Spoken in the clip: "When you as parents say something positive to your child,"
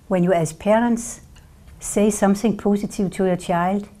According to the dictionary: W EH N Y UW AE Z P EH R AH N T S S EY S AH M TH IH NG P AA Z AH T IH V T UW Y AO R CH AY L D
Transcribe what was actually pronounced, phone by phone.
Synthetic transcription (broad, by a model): W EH N Y UW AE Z P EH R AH N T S S EY S AH M TH IH NG P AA S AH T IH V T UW Y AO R CH AY L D